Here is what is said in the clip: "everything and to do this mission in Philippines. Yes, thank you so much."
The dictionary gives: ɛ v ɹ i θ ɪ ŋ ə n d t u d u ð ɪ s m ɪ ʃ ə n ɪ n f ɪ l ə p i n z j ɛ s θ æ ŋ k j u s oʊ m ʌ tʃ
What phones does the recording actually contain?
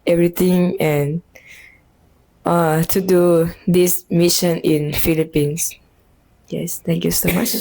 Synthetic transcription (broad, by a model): ɛ v ɹ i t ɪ ŋ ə n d t u d u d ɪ s m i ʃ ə n ɪ n f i l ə p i n s j ɛ s t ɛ ŋ k j u s oʊ m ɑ tʃ